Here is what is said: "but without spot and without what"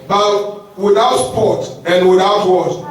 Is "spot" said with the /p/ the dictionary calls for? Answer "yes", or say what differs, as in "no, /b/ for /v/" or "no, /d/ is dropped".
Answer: yes